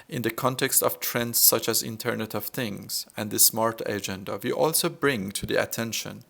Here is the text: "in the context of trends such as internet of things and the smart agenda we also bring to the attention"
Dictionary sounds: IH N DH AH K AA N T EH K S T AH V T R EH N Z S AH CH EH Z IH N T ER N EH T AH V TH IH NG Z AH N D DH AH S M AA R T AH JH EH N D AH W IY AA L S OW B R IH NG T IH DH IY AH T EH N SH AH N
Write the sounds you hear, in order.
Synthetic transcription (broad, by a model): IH N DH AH K AA N T EH K S T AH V T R EH N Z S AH CH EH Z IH N T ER N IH T AH V TH IH NG Z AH N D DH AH S M AA R T AH JH EH N D AH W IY AA L S OW B R IH NG T IH DH IY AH T EH N SH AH N